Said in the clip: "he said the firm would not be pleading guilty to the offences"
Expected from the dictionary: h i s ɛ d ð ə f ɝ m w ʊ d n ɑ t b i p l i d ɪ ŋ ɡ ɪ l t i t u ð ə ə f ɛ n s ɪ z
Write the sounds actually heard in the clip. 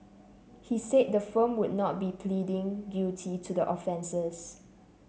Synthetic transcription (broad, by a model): h i s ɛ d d ə f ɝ m w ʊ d n ɑ t b i p l i d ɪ ŋ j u t i t u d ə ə f ɛ n s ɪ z